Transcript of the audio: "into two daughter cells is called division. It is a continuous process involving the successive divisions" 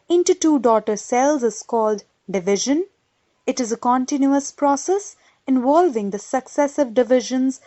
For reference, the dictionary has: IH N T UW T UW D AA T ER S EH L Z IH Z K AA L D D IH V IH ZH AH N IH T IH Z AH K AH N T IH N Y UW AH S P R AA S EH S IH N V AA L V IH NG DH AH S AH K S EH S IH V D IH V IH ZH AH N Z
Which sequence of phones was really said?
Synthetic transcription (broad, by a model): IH N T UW T UW D AA T ER S EH L Z IH Z K AA L D D IH V IH ZH AH N IH T IH Z AH K AH N T IH N Y UW AH S P R AA S EH S IH N V AA L V IH NG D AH S AH K S EH S IH V D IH V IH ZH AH N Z